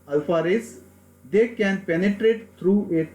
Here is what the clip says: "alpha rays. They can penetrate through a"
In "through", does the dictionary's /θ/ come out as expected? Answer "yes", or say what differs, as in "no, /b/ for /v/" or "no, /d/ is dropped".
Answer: no, /t/ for /θ/